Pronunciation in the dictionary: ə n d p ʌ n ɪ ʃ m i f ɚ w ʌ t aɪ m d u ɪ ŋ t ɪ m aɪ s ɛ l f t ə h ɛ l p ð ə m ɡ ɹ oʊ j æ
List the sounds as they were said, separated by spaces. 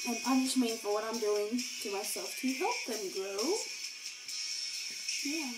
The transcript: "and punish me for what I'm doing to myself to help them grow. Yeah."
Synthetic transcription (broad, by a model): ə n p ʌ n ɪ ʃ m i f ɚ w ʌ t aɪ m d u ɪ ŋ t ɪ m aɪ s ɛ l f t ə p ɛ p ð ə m ɡ ɹ oʊ j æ